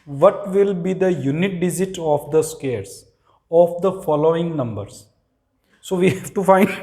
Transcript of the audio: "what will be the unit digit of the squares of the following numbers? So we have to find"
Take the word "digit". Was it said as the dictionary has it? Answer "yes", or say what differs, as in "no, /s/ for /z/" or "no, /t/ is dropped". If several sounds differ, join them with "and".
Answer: no, /z/ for /dʒ/